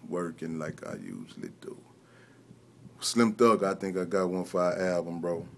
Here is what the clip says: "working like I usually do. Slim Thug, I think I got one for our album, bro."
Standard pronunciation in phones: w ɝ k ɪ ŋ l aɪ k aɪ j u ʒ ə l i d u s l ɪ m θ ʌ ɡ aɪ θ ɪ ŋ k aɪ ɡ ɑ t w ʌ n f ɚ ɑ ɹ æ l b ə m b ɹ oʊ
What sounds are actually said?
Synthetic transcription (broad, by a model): w ɝ k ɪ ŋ l aɪ k aɪ j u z l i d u s l ɪ m t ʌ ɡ aɪ θ ɪ ŋ k aɪ ɡ ɑ t w ʌ n f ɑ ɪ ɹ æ b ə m b ɹ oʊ